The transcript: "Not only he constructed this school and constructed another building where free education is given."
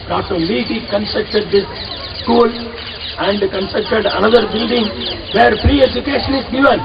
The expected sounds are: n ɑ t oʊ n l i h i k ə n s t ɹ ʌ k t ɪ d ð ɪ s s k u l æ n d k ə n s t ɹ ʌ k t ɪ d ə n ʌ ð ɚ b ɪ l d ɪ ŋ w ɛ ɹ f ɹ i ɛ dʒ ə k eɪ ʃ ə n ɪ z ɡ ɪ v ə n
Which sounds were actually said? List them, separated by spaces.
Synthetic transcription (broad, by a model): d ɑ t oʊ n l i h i k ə n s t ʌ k t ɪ d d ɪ s s k u l æ n d k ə n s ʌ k t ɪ d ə n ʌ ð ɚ b ɪ l d ɪ ŋ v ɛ ɹ p ɹ i ɛ dʒ ə k eɪ ʃ ə n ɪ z ɡ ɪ v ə n